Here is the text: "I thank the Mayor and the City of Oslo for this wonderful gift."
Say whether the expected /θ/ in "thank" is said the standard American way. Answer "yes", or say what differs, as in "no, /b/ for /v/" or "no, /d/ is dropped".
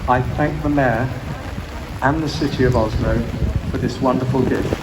yes